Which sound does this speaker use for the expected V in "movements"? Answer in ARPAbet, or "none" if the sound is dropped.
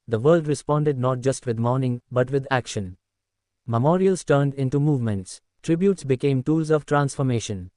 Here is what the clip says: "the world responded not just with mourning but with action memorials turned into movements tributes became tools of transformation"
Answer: V